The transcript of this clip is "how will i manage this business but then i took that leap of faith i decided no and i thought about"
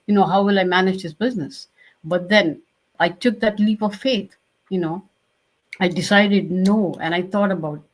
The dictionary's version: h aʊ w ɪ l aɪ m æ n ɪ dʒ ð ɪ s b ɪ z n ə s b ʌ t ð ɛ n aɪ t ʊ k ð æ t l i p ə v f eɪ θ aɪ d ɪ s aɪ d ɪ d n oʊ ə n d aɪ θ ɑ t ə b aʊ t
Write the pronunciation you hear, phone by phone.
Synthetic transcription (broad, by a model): h aʊ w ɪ l aɪ m æ n ɪ dʒ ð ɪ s b ɪ z n ə s b ʌ t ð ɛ n aɪ t ʊ k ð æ t l i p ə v f eɪ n aɪ d ɪ s aɪ d ɪ d n oʊ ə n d aɪ t ɑ t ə b aʊ t